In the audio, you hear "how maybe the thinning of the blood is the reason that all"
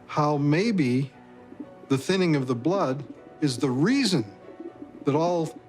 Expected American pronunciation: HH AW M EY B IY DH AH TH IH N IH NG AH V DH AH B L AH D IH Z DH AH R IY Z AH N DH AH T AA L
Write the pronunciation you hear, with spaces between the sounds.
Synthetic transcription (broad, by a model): HH AW M EY B IY DH AH TH IH N IH NG AH V DH AH B L AH D IH Z DH AH R IY Z AH N DH AH T AA L